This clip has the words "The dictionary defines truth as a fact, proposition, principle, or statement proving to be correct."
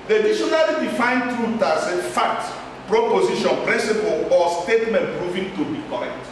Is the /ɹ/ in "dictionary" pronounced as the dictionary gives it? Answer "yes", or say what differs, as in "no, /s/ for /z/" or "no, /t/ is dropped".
no, /l/ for /ɹ/